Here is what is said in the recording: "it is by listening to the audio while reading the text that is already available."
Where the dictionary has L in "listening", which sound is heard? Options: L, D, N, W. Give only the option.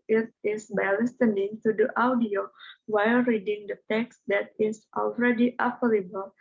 L